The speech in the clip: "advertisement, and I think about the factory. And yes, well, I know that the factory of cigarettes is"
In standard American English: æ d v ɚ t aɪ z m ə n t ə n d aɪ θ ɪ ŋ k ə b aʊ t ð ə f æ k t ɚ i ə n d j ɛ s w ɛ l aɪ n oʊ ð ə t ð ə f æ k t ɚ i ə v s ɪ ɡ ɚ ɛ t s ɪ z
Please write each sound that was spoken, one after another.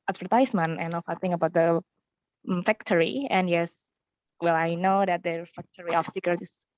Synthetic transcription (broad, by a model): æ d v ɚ t aɪ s m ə n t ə n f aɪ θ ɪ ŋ ə b aʊ t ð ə f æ k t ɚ i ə n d j ɛ s w ɛ l aɪ n oʊ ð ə t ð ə f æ k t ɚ i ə f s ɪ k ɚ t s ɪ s